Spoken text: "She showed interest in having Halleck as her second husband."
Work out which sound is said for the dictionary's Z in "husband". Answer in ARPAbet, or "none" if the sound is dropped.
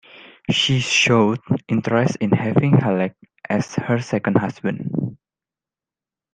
S